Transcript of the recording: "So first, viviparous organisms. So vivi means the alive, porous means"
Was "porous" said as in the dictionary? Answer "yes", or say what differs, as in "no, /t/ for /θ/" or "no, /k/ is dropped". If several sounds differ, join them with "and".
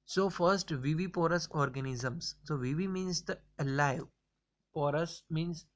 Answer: yes